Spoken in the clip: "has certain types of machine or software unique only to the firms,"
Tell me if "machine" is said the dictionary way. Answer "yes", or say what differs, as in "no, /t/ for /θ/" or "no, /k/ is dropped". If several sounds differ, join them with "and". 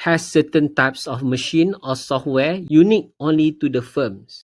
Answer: yes